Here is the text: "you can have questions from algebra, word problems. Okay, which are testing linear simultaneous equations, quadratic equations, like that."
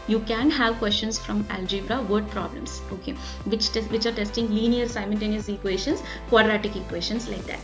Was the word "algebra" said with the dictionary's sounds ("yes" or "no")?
yes